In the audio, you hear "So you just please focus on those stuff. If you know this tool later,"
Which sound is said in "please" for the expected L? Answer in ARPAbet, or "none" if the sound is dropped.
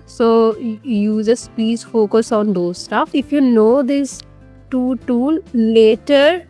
none